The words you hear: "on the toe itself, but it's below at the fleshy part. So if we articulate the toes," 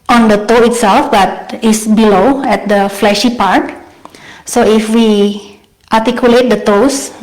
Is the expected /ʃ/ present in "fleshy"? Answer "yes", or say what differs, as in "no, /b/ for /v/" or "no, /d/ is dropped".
yes